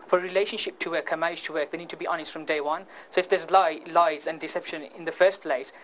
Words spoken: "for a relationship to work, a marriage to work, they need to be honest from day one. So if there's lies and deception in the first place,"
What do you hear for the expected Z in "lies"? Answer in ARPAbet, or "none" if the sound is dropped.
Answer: Z